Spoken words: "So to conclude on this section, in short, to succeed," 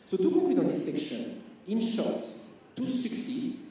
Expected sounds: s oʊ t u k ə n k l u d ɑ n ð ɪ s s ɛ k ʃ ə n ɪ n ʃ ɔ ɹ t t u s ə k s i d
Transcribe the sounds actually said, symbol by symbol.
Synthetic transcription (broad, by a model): s oʊ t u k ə k w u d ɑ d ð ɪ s s ɛ k ʃ ə n ɪ n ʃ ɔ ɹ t t u s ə k s i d